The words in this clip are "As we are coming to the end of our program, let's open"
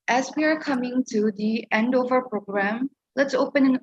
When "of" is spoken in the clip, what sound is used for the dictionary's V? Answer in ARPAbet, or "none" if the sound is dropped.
V